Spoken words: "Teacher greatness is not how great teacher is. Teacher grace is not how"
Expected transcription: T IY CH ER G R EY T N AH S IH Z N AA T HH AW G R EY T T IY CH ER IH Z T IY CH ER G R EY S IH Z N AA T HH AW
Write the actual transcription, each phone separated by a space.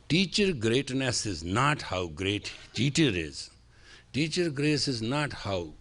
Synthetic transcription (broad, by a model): T IY CH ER G R EY T N AH S IH Z N AA T HH AW G R EY T T IY CH ER IH Z T IY CH ER G R EY S IH Z N AA T HH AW